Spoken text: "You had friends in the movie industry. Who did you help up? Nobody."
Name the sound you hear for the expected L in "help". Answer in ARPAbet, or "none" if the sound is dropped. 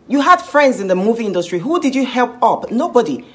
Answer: L